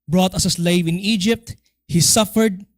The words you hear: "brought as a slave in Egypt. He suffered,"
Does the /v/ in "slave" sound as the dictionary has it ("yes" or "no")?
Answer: yes